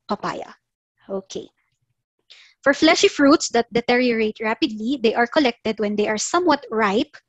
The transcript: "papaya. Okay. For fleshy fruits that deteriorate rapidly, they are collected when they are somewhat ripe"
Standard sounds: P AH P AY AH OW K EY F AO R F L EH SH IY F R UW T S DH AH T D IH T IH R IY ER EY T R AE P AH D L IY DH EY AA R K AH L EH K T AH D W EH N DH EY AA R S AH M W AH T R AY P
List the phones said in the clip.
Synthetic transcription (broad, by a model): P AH P AY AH OW K EY F AO R F L EH SH IY F R UW T S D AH T D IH T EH R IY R EY T R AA P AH D L IY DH EY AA R K AH L EH K T AH D W EH N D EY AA R S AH M W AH T R AY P